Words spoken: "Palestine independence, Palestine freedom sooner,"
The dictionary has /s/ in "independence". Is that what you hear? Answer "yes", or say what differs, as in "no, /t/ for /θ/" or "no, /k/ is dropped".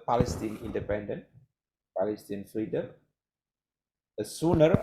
no, /s/ is dropped